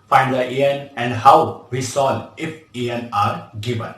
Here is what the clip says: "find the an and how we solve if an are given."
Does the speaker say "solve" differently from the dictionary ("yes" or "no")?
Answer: yes